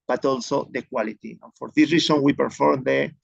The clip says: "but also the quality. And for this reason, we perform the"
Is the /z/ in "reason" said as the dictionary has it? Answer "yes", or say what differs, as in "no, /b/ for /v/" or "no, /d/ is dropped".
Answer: no, /s/ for /z/